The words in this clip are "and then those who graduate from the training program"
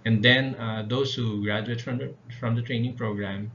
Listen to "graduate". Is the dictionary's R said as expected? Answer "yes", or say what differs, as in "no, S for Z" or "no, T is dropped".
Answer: yes